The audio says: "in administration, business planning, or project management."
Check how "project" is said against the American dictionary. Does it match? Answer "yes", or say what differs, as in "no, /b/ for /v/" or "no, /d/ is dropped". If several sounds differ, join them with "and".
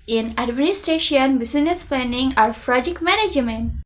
no, /f/ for /p/